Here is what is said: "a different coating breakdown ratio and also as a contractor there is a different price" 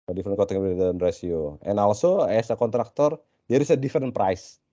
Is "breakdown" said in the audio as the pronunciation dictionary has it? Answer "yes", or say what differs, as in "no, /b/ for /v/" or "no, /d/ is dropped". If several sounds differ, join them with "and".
no, /ɹ/ is dropped and /k/ is dropped